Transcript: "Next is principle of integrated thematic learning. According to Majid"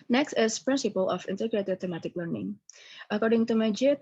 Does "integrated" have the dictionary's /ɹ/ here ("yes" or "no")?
yes